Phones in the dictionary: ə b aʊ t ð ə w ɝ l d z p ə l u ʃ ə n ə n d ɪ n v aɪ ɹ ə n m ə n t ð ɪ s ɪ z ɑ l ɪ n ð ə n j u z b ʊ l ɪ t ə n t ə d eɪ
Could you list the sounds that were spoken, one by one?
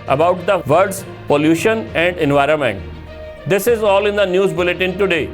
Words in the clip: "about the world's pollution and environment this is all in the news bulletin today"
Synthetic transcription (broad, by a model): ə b aʊ t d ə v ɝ d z p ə l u ʃ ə n ə n d ɪ n v aɪ ɹ ə n m ə n t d ɪ s ɪ z ɑ l ɪ n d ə n j u z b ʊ l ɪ t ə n t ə d eɪ